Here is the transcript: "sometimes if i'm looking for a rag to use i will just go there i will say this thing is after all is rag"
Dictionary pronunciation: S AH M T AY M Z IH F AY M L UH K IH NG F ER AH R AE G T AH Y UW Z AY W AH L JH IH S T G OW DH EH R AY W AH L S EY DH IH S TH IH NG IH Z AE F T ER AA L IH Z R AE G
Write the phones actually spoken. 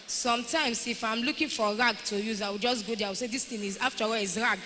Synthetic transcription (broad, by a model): S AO M T AY M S IH F AY M L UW K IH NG F AH R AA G T AH Y UW Z AY W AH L JH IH S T G OW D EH AY W AH L S EY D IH S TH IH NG IH Z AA F T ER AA W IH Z R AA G